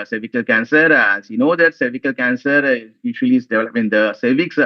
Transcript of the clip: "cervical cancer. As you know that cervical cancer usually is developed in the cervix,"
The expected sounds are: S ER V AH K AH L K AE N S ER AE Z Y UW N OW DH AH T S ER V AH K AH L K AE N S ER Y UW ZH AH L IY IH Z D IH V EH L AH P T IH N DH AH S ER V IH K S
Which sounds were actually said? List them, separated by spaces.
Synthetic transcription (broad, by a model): S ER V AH K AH L K AE N S ER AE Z Y UW N OW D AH T S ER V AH K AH L K AE N S ER Y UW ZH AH L IY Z D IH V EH L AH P IH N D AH S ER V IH K S